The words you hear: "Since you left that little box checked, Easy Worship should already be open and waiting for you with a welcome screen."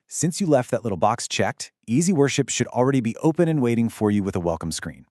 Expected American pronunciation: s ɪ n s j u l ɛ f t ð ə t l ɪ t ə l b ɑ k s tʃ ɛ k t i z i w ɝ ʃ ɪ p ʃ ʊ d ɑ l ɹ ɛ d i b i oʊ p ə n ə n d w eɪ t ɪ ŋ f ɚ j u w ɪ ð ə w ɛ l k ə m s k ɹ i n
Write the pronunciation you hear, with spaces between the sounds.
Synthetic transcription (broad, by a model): s ɪ n s j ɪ l ɛ f t ð ə t l ɪ t l b ɑ k s tʃ ɛ k t i z i w ɝ ʃ ɪ p ʃ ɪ d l ɹ ɛ d i b i oʊ p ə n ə n w eɪ t ɪ ŋ f ɚ j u w ɪ ð ə w ɛ l k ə m s k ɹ i n